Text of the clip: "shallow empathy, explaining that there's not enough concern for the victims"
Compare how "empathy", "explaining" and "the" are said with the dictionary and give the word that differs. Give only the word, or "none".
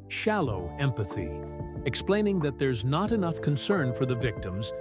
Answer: none